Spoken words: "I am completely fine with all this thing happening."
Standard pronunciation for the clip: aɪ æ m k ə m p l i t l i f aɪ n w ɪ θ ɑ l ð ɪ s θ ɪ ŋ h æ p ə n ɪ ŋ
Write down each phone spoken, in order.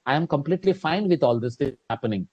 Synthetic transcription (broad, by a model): aɪ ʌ m k ə m p l i t l i f aɪ n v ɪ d ɑ l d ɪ s t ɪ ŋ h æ p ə n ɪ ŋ